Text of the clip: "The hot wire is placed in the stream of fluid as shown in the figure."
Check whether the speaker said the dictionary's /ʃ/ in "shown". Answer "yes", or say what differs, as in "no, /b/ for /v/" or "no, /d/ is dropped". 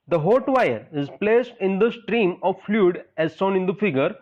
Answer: no, /s/ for /ʃ/